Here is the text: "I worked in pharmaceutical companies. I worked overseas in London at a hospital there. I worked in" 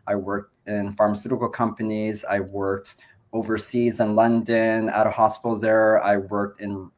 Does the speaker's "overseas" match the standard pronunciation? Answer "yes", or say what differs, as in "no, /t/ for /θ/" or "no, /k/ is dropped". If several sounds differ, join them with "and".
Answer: yes